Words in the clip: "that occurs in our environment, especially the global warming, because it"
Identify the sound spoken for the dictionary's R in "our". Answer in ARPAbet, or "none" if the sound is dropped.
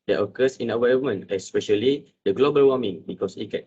W